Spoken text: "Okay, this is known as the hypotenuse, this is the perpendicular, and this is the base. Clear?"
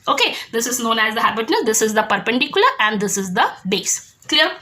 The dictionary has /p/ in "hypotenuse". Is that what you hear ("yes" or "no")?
no